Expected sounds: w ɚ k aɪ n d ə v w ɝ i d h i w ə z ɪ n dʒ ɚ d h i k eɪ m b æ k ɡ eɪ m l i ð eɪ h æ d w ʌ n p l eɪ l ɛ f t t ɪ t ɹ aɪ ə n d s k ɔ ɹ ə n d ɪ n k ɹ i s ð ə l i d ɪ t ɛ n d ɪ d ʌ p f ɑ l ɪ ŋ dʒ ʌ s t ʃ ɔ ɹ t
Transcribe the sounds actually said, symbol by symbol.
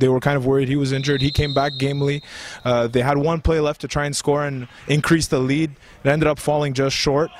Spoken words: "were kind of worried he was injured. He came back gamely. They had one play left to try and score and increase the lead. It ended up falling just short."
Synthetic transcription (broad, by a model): w ɚ k aɪ n d ə v w ɝ i d h i w ə z ɪ n dʒ ɚ d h i k eɪ m b æ k ɡ eɪ m l i ð eɪ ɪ d w ʌ n p l eɪ l ɛ f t t ɪ t ɹ aɪ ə n s k ɔ ɹ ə n ɪ n k ɹ i s ð ə l i d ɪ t ɛ n d ɪ d ʌ p f ɑ l ɪ ŋ dʒ ʌ s t ʃ ɔ ɹ t